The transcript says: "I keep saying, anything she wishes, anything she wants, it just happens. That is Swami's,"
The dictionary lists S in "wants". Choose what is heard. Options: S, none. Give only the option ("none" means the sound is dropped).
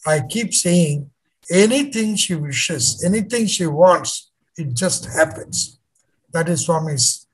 S